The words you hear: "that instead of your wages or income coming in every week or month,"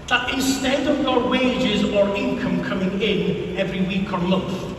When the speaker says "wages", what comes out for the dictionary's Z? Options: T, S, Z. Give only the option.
Z